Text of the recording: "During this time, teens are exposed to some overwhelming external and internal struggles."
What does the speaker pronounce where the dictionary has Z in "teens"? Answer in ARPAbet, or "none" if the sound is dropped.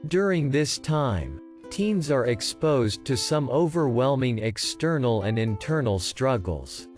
Z